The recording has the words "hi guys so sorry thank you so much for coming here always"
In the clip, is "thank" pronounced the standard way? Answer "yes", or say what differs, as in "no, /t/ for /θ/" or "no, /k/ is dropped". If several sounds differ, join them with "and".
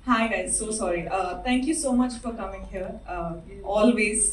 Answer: no, /t/ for /θ/